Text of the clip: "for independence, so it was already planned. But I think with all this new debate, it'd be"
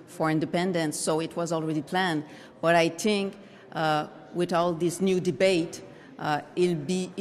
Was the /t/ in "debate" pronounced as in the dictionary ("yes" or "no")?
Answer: no